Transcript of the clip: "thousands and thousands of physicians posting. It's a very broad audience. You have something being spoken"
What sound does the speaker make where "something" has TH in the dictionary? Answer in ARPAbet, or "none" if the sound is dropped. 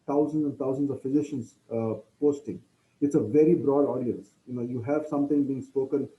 T